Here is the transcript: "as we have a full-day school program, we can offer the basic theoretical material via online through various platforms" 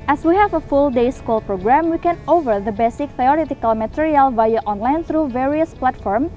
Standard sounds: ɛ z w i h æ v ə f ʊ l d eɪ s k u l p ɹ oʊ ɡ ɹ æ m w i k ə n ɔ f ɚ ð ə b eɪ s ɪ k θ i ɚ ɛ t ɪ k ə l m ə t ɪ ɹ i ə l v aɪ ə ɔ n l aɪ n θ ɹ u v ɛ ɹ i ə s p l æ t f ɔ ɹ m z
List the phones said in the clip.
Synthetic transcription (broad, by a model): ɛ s w i h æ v ə f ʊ l d eɪ s k u l p ɹ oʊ ɡ ɹ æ m w i k ə n ɔ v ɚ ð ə b eɪ s ɪ k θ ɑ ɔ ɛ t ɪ k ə l m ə t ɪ ɹ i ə l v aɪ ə ɔ n l aɪ n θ ɹ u v ɛ ɹ i ə s p l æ t f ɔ ɹ m